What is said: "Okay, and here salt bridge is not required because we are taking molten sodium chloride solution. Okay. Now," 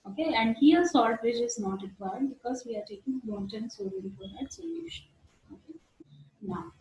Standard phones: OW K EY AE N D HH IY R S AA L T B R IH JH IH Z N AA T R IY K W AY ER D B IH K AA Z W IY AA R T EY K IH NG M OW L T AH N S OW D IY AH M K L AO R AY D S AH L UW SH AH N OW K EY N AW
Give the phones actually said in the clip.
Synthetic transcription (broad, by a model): OW K EY AE N D HH IY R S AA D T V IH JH IH Z N AA T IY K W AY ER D B IH K AA Z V IY AA R T EY K IH NG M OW N T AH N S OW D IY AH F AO R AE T S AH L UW SH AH N OW K EY N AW